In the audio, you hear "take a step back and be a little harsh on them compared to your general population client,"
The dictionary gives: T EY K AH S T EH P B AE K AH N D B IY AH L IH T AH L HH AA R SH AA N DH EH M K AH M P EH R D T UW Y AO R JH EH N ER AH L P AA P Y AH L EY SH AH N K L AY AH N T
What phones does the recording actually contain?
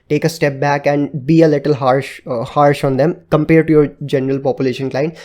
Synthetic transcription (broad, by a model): T EY K AH S T EH P B AE K AH N D B IY AH L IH T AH L HH AA R SH AA N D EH M K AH M P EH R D T UW Y AO R JH EH N ER AH L P AA P Y AH L EY SH AH N K L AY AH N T